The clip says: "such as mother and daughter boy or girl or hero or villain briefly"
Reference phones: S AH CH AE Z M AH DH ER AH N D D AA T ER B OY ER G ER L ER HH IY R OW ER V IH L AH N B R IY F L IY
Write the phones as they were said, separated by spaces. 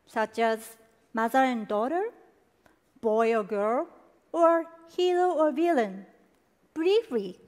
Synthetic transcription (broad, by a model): S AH CH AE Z M AH DH ER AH N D D AA T ER B OY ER G ER L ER HH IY L OW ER V IH L AH N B R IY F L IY